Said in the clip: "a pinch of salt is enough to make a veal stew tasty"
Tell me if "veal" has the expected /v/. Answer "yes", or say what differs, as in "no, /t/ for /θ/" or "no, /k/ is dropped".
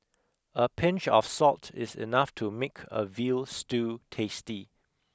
yes